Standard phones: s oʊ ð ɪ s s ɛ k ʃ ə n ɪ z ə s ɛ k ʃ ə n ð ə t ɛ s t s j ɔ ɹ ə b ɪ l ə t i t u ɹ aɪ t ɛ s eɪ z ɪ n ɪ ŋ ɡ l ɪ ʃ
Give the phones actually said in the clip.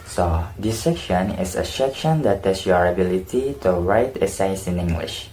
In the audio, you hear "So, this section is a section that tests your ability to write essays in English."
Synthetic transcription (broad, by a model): s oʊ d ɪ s s ɛ k ʃ ə n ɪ s ə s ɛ k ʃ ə n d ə t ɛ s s j ɔ ɹ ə b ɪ l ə t i t u ɹ aɪ t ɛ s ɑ s ɪ n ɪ ŋ ɡ l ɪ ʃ